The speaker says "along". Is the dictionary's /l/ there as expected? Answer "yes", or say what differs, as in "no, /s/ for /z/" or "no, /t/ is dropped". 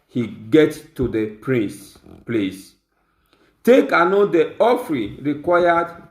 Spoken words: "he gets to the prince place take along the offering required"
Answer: no, /n/ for /l/